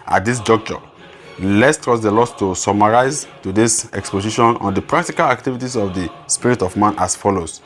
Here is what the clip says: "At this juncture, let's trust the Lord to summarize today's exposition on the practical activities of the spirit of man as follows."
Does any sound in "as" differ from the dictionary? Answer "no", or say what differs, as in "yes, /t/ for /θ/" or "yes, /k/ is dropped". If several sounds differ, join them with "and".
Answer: yes, /s/ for /z/